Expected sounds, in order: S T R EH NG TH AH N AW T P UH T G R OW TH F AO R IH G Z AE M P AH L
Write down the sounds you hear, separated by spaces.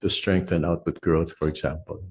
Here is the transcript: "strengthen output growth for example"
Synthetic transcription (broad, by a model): S T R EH NG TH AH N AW T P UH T G R OW TH F AO R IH G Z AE M P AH L